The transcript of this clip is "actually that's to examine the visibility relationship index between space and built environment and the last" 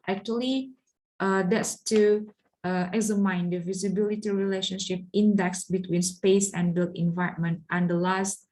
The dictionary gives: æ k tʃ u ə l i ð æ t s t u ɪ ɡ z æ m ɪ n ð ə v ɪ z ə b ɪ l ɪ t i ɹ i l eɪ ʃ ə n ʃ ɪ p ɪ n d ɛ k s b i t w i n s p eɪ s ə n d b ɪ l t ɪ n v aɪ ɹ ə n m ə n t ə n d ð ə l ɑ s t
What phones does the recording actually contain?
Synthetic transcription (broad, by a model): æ k tʃ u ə l i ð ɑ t s t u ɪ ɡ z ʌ m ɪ n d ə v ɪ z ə b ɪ l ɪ t i ɹ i l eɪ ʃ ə n ʃ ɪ p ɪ n d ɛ k s b i t w i n s p eɪ s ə n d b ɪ l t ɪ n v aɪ ə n m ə n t ə n d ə l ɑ s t